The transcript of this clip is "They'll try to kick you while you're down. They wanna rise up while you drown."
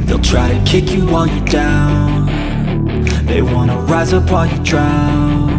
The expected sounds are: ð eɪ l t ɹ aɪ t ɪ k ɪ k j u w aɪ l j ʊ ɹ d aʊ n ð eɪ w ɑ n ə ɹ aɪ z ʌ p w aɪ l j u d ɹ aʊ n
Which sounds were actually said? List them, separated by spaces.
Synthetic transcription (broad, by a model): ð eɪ l t ɹ aɪ t ɪ k ɪ k j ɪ w aɪ l j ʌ ɹ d aʊ n ð eɪ w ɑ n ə ɹ aɪ z ʌ p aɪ n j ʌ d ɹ aʊ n